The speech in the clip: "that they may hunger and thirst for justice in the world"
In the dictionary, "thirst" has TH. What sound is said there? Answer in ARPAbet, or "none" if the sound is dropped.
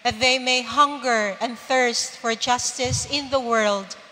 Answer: TH